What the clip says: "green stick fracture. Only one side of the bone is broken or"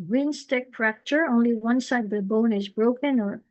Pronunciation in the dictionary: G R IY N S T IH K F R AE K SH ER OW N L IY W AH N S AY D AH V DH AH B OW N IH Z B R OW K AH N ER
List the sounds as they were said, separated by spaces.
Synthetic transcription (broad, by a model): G R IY N S T IH K P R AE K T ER OW N L IY W AH N S AY D AH V DH AH B OW N IH Z B R OW K AH N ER